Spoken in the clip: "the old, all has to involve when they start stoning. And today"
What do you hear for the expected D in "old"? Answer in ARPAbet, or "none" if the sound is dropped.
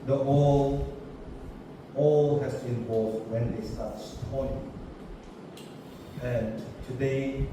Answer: none